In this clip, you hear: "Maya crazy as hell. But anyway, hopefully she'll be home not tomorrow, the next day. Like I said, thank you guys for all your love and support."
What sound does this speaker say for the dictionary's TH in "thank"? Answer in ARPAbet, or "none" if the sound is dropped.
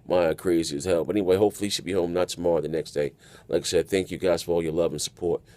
TH